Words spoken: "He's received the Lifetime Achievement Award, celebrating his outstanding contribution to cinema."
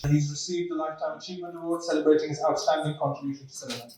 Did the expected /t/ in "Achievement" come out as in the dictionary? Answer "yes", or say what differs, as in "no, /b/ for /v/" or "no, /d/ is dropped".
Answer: no, /t/ is dropped